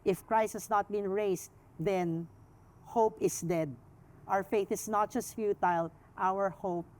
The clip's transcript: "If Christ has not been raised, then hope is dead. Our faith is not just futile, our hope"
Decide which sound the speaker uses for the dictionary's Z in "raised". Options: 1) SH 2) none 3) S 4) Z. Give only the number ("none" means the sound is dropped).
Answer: 3